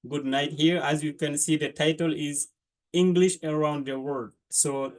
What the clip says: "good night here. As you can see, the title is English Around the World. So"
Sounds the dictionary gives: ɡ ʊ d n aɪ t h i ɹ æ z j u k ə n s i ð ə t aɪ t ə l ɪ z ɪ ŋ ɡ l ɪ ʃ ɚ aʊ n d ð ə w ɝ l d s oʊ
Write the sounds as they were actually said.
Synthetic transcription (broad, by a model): ɡ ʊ d n aɪ t h i ɹ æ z j u k ə n s i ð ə t aɪ t ə l ɪ z ɪ ŋ ɡ l ɪ ʃ ɚ aʊ n d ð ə w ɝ d s oʊ